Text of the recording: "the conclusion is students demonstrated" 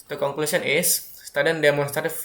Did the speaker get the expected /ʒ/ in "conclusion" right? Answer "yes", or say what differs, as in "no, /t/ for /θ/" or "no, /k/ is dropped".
no, /s/ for /ʒ/